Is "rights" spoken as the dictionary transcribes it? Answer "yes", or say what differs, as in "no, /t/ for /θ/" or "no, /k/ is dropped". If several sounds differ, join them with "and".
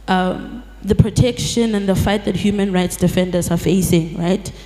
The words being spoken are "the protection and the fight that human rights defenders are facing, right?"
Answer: yes